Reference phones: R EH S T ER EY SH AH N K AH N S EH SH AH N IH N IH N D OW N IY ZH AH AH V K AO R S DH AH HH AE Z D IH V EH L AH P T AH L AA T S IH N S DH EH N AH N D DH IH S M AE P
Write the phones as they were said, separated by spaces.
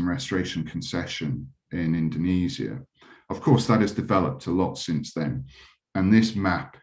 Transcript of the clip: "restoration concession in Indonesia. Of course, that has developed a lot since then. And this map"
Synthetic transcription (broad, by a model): R EH S T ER EY SH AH N K AH N S EH SH AH N IH N IH N D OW N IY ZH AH AH V K AO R S DH AH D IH Z D IH V EH L AH P T AH L AA T S IH N S DH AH N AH N DH IH S M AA P